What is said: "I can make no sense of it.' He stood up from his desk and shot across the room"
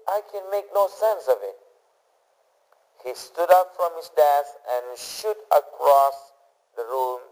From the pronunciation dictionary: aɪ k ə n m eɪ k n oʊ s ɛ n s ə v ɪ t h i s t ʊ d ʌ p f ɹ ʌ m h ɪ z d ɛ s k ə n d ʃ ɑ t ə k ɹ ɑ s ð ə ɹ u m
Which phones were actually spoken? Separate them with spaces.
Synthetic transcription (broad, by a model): aɪ k ə n m eɪ k n oʊ s ɛ n s ə v ɪ t h i s t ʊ d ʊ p f ɹ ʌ m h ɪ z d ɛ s ə n ʃ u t ə k ɹ ɑ s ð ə ɹ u m